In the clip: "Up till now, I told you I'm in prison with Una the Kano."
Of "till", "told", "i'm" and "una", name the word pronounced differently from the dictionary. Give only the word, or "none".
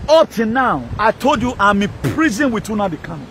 till